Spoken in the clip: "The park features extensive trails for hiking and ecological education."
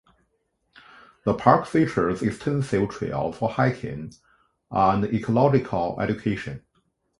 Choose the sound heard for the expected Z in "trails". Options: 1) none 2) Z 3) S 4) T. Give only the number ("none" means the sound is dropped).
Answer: 1